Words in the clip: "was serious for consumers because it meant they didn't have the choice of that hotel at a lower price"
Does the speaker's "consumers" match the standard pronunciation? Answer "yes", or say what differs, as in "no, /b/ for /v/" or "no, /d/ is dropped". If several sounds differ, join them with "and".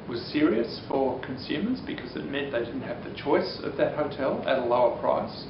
yes